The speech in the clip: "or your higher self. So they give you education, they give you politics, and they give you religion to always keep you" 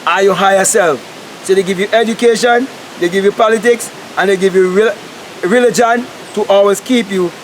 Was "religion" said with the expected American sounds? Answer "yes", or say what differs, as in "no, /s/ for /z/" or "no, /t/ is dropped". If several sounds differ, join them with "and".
yes